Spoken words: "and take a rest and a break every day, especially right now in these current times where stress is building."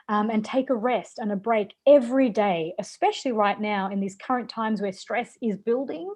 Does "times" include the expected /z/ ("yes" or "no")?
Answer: yes